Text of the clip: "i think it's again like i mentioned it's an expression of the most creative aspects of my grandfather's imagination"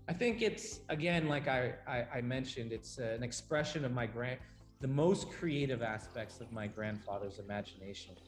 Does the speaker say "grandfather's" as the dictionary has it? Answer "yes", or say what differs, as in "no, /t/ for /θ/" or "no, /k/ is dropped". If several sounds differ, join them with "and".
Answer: yes